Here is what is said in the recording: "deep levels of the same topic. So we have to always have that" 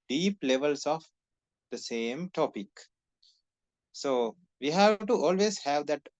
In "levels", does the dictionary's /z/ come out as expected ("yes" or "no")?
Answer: no